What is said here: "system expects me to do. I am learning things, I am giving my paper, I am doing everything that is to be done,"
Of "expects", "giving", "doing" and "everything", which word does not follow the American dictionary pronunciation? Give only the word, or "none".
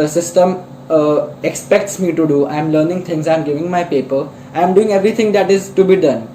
everything